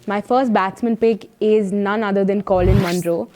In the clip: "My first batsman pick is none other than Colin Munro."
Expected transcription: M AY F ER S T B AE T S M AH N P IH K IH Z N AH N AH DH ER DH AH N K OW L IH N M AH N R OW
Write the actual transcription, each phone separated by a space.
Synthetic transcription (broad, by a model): M AY F ER S T B AE T S M AH N P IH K IH Z N AH N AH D ER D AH N K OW L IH N M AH N R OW